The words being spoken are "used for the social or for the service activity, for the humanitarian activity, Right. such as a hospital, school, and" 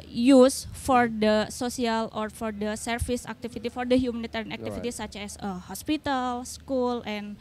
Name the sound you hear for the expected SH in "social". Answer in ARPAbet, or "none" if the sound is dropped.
S